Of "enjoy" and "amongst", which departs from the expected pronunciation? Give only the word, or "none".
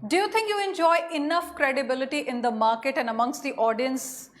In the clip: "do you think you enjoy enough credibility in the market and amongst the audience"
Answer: none